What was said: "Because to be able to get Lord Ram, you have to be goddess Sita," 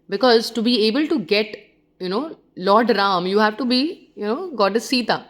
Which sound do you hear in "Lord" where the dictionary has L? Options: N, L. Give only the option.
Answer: N